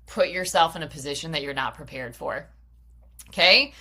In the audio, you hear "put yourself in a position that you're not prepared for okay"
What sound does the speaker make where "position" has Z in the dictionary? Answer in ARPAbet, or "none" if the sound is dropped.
Z